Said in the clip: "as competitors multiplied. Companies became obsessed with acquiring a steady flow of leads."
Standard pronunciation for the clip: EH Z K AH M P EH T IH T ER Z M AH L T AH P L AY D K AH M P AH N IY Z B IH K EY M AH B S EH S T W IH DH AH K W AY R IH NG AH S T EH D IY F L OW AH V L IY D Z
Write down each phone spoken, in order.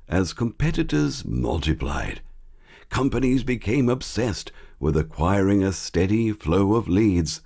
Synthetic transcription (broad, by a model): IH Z K AH M P EH T IH T ER Z M AH L T AH P L AY D K AH M P AH N IY Z B IH K EY M AH B S EH S T W IH DH AH K W AY R IH NG AH S T EH D IY F L OW AH V L IY D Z